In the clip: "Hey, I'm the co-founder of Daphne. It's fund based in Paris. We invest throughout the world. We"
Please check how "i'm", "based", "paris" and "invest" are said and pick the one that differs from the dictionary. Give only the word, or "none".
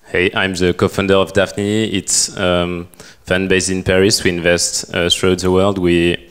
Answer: based